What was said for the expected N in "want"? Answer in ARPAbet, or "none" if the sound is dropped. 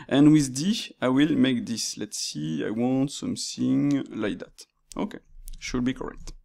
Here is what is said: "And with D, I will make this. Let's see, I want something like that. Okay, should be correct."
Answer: N